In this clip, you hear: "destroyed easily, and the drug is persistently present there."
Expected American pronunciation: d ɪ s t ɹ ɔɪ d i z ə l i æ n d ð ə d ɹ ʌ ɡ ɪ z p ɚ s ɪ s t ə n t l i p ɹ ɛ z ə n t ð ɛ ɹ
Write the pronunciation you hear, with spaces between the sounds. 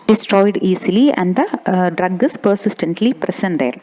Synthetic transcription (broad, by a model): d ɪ s t ɹ ɔɪ d i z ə l i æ n d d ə d ɹ ʌ ɡ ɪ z p ɚ s ɪ s t ə n t l i p ɹ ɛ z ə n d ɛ ɹ